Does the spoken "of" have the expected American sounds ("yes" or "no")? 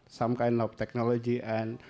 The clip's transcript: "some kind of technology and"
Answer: no